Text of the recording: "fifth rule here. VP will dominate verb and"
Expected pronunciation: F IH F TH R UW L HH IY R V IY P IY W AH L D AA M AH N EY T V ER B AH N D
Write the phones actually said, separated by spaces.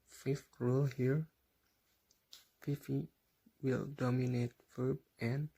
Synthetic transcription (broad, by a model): F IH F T R UW L HH IY R F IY F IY W AH L D AA M AH N EY T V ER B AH N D